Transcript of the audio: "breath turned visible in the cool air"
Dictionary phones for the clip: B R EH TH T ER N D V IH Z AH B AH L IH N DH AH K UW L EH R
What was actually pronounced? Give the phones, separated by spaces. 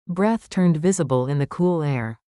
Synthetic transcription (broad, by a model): B R EH TH T ER N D V IH Z AH B AH L IH N DH AH K UW L EH R